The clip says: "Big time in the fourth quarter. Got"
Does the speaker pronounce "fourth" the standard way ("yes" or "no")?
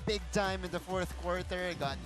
yes